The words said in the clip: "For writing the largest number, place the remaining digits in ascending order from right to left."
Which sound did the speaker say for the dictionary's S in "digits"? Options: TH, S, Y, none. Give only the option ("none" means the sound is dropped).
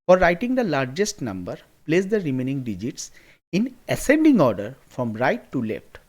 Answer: S